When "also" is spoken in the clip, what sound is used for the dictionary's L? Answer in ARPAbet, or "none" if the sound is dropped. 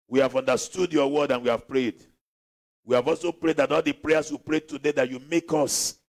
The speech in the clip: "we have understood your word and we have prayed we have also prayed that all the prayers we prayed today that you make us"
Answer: L